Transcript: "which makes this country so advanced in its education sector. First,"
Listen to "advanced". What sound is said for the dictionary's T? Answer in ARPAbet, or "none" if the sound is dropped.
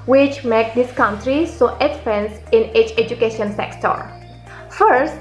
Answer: none